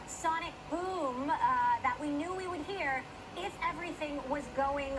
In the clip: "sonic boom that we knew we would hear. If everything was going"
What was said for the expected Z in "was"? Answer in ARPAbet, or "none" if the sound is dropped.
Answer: Z